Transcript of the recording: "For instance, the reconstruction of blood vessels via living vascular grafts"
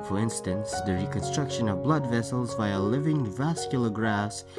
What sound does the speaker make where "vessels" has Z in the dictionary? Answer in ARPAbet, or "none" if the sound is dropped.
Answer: Z